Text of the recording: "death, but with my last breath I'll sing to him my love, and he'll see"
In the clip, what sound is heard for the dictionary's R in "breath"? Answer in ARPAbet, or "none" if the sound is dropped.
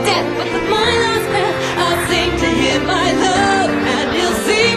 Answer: none